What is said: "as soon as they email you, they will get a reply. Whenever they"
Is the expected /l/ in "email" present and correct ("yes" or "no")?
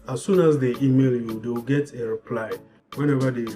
yes